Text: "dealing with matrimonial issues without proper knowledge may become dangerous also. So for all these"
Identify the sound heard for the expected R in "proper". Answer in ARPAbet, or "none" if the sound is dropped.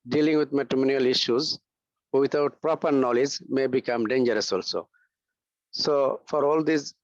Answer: R